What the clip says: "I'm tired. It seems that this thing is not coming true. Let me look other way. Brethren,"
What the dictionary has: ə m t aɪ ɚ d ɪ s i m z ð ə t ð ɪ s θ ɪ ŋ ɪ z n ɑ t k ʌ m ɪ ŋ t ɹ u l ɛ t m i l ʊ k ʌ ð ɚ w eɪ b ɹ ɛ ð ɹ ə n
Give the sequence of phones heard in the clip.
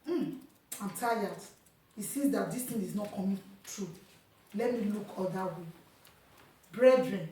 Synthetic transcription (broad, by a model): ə m t aɪ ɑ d ɪ s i z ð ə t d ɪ s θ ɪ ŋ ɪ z n ɑ t k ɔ m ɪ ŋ t ɹ u l ɛ t m i l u k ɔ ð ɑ w eɪ b ɹ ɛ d ɹ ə n